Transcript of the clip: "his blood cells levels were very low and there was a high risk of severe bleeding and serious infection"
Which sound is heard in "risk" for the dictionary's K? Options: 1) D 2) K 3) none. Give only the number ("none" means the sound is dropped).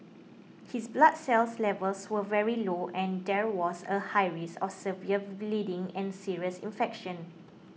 3